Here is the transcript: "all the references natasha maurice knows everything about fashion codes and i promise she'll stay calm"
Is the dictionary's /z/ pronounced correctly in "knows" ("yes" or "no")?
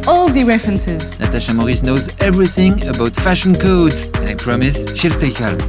yes